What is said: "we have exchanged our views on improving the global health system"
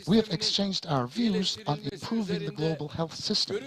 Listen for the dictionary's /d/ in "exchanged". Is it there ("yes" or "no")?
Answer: yes